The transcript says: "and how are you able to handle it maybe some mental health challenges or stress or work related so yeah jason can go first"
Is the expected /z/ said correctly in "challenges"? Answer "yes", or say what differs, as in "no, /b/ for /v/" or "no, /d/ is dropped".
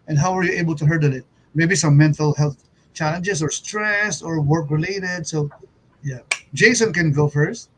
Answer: no, /s/ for /z/